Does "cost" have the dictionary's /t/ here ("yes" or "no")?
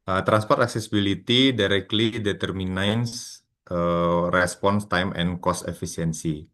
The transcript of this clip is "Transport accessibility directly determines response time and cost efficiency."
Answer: yes